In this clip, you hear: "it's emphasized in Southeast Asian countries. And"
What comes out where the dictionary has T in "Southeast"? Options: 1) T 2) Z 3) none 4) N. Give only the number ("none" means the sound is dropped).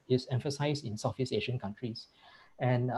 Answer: 3